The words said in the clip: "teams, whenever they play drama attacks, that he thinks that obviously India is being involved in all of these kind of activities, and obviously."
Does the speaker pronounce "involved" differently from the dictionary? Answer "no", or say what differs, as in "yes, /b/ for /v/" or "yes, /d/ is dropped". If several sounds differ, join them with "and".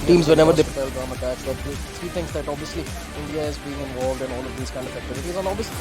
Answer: no